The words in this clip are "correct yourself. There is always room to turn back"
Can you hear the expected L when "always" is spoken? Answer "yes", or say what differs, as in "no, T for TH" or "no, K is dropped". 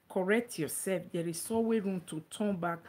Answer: no, L is dropped